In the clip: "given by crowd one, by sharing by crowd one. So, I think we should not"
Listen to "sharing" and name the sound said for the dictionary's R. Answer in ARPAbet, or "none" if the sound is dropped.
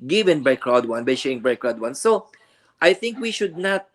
none